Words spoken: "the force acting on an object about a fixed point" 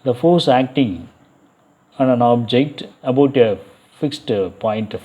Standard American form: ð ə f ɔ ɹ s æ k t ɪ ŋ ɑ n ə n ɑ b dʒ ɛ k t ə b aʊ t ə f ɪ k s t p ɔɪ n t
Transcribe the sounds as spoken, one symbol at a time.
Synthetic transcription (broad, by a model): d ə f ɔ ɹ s æ k t ɪ ŋ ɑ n ə n ɑ b dʒ ɛ k t ə b aʊ t ə f ɪ k s t p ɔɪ n t